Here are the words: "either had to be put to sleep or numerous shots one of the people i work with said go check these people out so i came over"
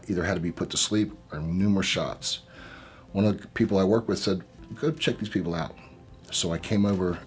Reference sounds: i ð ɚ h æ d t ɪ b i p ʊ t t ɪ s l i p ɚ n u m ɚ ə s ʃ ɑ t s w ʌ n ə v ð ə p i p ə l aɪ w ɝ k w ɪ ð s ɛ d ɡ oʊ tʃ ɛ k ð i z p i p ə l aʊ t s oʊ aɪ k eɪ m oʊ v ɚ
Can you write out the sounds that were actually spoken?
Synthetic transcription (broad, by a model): i ð ɚ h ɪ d t ɪ b i p ʊ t t ɪ s l i p ɚ n u m ɚ ə s ʃ ɑ t s w ʌ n ə v ð ə p i p l aɪ w ɝ k w ɪ ð s ɛ d ɡ oʊ tʃ ɛ k ð i z p i p l aʊ t s oʊ aɪ k eɪ m oʊ v ɚ